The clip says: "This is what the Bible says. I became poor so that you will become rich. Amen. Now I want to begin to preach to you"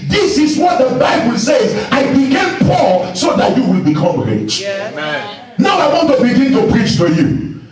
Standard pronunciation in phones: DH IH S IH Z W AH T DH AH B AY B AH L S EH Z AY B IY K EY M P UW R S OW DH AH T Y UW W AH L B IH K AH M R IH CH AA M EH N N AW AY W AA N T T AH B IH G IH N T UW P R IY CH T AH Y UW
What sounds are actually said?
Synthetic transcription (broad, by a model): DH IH S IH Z W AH T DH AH B AY B AH L S EH Z AY B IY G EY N P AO L S OW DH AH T Y UW W AH L B IH K AH M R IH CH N N AW AY W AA N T T AH B IH G IH N T UW P R IY CH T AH Y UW